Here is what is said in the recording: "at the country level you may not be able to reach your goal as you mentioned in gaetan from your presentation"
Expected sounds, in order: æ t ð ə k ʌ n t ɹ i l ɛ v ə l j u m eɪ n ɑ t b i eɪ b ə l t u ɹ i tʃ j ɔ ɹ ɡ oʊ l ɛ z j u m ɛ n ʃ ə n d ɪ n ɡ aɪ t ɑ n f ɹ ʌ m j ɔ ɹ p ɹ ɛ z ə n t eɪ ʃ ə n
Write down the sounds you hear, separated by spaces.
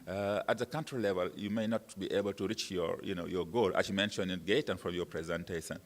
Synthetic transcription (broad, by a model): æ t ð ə k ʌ n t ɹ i l ɛ v ə l j u m eɪ n ɑ t b i eɪ b ə l t u ɹ i tʃ j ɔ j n oʊ l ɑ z j u m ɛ n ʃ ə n ɪ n ɡ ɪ t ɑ n f ɹ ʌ m j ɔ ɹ p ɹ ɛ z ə n t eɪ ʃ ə n